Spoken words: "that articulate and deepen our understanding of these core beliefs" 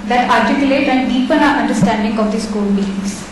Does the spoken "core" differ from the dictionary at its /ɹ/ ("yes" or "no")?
yes